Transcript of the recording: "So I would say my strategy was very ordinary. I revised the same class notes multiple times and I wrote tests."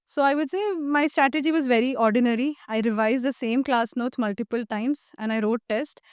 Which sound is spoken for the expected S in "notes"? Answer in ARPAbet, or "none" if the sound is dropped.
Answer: none